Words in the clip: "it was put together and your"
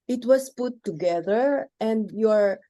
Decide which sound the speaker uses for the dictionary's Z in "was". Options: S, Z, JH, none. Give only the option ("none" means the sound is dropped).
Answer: S